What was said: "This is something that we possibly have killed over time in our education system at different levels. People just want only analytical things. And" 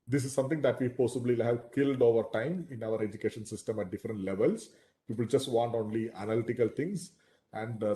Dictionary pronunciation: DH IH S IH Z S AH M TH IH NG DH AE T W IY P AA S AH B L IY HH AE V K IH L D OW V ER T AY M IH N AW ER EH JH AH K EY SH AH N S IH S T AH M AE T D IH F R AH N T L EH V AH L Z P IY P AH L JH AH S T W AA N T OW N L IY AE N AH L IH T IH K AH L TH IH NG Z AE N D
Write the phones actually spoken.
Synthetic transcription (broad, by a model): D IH S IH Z S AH M T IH NG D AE T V IY P AA S AH B L IY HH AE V K IH L D OW V ER T AY M IH N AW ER EH JH AH K EY SH AH N S IH S T AH M AE T D IH F R AH N T L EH V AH L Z P IY P AH L JH AH S T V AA N T OW N L IY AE N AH L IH T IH K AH L T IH NG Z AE N D